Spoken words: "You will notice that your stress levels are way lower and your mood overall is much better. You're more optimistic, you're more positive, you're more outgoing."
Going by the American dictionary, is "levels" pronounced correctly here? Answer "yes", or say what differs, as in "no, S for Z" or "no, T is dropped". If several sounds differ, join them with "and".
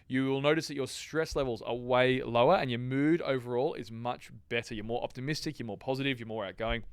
yes